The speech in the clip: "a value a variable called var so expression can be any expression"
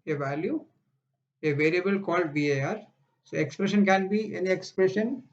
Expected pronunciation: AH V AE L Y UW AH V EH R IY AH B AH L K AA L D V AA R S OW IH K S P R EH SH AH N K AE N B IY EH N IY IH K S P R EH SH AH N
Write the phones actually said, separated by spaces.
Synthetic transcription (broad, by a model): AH V AE L Y UW AH V EH R IY AH B AH L K AA L D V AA R S OW IH K S P R EH SH AH N K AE N B IY EH N IY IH K S P R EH SH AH N